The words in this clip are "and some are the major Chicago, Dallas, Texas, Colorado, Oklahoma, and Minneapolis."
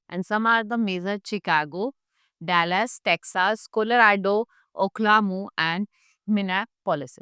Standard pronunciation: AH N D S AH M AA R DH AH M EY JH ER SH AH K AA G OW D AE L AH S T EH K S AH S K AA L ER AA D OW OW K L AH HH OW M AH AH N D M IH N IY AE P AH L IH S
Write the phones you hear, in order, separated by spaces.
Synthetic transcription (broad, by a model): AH N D S AH M AA R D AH M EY Z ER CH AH K AA G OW D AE L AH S T EH K S AH S K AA L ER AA D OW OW K L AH M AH AH N D M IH N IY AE P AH L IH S